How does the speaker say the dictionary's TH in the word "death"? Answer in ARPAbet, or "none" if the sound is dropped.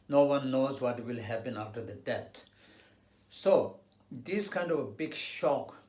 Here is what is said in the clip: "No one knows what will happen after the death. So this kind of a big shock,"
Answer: T